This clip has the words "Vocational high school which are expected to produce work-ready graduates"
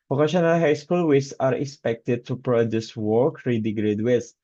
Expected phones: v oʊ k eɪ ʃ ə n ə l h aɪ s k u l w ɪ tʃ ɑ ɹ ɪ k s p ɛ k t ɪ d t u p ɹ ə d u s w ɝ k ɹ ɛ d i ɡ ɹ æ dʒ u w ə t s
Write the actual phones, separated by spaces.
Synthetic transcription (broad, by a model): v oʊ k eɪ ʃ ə n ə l h aɪ s k u l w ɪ s ɑ ɹ ɪ k s p ɛ k t ɪ d t u p ɹ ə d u s w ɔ k ɹ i d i ɡ ɹ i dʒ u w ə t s